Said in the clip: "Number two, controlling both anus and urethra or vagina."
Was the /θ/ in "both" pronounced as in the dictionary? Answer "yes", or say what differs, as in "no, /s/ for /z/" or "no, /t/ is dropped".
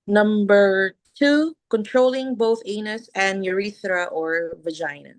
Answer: yes